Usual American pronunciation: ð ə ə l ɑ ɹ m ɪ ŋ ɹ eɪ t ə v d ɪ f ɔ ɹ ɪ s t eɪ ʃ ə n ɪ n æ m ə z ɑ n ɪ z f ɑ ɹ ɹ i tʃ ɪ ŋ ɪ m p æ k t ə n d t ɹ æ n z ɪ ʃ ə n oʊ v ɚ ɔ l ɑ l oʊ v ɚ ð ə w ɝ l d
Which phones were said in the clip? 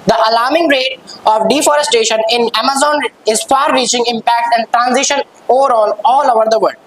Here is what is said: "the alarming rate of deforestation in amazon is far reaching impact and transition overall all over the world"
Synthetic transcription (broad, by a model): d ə ə l ɑ ɹ m ɪ ŋ ɹ eɪ t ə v d ɪ f ɔ ɹ ɪ s t eɪ ʃ ə n ɪ n æ m ə z ɑ n ɪ z f ɑ ɹ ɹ i tʃ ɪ ŋ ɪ m p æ k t ə n d t ɹ æ n z ɪ ʃ ə n oʊ v ɚ ɔ l ɑ l oʊ v ɚ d ə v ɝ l d